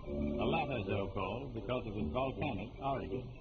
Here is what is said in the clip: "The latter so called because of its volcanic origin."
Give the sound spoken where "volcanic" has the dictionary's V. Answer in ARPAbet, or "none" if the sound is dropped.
V